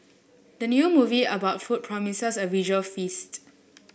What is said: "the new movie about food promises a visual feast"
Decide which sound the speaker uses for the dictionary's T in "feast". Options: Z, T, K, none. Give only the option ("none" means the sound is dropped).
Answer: T